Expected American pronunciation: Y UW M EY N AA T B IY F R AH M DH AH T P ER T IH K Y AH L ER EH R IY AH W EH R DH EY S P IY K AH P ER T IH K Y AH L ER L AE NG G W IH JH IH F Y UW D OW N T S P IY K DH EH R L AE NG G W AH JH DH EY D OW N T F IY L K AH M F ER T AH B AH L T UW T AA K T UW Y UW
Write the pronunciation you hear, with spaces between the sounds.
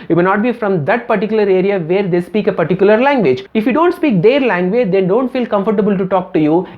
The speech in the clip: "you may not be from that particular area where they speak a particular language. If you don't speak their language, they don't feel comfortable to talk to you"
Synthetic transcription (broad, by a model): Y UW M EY N AA T B IY F R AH M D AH T P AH T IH K Y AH L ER EH R IY AH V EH R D EY S P IY K AH P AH T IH K Y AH L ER L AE NG G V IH JH IH F Y UW D OW N T S P IY K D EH R L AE NG G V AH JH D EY D OW N T F IY L K AH M F ER T AH B AH L T UW T AA K T UW Y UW